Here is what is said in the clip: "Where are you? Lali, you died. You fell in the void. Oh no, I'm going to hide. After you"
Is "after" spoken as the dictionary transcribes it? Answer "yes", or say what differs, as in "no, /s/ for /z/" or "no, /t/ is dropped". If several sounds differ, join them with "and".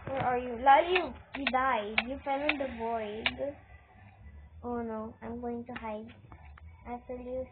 no, /f/ is dropped